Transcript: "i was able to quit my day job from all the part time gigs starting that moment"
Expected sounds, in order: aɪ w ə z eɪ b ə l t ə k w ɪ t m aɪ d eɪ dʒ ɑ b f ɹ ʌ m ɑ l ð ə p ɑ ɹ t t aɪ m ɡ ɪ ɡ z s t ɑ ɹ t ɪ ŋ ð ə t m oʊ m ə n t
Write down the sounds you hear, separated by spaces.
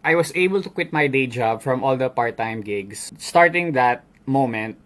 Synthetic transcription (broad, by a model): aɪ w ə s eɪ b ə l t ə k w ɪ t m aɪ d eɪ dʒ ɑ b f ɹ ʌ m ɑ l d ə p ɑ ɹ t t aɪ m ɡ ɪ ɡ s s t ɑ ɹ t ɪ ŋ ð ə t m oʊ m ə n t